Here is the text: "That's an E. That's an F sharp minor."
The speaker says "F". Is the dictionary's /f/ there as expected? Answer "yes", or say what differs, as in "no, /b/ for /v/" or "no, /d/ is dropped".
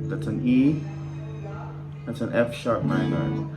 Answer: yes